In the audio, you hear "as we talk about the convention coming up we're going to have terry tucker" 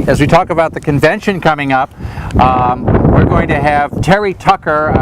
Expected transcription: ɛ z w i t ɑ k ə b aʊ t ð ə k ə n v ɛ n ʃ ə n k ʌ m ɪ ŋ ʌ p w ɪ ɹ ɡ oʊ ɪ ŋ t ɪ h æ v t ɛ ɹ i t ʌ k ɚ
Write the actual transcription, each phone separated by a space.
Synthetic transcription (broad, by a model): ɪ z w i t ɑ k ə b aʊ t ð ə k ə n v ɛ n ʃ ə n k ʌ m ɪ ŋ ʌ p w ɪ ɹ ɡ oʊ ɪ ŋ t ɪ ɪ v t ɛ ɹ i t ʌ k ɚ